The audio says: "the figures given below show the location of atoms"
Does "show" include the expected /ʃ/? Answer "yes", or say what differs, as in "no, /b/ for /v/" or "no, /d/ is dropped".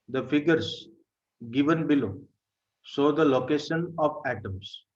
no, /s/ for /ʃ/